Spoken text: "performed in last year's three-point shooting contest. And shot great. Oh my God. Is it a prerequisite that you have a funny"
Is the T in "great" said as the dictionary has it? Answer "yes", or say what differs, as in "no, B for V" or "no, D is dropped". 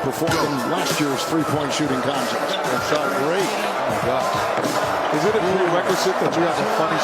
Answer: no, T is dropped